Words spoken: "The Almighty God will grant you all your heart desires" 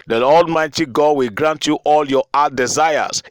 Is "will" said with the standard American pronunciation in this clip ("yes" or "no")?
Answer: yes